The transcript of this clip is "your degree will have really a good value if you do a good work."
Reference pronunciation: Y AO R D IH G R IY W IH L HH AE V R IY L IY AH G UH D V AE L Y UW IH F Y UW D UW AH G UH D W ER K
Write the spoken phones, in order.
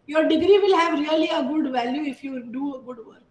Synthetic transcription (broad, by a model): Y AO R D IH G R IY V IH L HH AE V R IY L IY AH G UH D V AE L Y UW IH F Y UW D UW AH G UH D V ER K